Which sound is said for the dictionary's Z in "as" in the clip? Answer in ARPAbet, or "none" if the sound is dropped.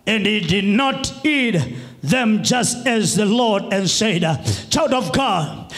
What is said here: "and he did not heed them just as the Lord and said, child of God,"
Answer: Z